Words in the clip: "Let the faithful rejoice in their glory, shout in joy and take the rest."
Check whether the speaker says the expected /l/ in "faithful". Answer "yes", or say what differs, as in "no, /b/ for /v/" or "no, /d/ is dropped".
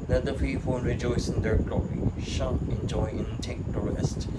no, /n/ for /l/